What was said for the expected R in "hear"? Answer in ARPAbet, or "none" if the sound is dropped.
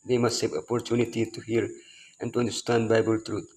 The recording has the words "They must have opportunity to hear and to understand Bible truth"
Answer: R